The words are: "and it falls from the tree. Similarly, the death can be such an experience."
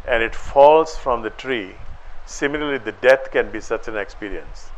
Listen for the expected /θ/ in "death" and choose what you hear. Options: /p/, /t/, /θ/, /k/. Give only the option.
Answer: /t/